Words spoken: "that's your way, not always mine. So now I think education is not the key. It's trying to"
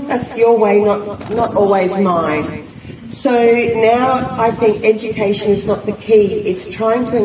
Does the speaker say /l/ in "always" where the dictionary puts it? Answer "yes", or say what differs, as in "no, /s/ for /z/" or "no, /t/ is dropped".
yes